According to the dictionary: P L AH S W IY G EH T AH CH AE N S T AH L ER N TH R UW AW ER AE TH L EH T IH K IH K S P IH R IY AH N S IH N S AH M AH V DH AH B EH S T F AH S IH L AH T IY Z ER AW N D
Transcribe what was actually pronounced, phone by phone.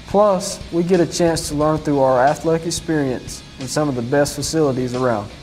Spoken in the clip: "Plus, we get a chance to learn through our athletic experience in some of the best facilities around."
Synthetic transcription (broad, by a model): P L AH S W IY G EH T AH CH AE N S T AH L ER N TH R UW AW ER AE TH L EH T IH K IH K S P IH R IY AH N S IH N S AH M AH V DH AH B EH S T F AH S IH L AH T IY Z ER AW N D